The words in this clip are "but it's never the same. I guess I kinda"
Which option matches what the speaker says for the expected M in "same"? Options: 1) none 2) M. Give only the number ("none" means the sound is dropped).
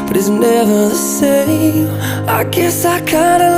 1